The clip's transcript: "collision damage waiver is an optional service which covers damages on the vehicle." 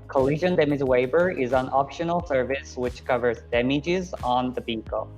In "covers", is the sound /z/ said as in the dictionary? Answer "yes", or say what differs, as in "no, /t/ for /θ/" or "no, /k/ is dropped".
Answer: yes